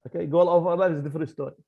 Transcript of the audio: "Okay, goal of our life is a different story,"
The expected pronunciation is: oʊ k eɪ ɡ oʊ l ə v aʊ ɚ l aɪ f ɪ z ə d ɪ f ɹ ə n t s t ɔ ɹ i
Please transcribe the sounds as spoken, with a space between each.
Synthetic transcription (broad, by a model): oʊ k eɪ ɡ oʊ l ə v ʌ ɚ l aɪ ɪ z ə d ɪ f ɹ ə n t s t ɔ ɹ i